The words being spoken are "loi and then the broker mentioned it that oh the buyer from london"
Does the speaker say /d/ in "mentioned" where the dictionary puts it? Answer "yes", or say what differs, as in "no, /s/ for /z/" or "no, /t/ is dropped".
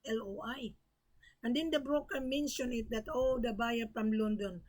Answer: no, /d/ is dropped